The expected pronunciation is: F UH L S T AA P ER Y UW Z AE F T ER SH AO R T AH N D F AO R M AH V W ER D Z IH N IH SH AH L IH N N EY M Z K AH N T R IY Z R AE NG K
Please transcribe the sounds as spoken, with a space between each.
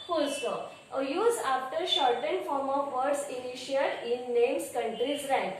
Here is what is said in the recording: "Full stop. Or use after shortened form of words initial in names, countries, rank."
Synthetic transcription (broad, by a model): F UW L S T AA ER Y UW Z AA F T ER SH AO R T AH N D F AO R M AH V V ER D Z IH N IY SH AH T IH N N EY M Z K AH N T R IY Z R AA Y